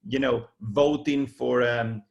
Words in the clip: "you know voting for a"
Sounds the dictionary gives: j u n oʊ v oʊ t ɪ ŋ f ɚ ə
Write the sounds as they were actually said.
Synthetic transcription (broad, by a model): j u n oʊ v oʊ t ɪ ŋ f ɚ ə